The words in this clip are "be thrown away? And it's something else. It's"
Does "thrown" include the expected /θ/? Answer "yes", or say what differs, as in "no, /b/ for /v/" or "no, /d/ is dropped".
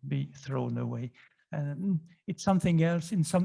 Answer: yes